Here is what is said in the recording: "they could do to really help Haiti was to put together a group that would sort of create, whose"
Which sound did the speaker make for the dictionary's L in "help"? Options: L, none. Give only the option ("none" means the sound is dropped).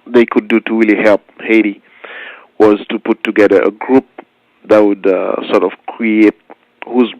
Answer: L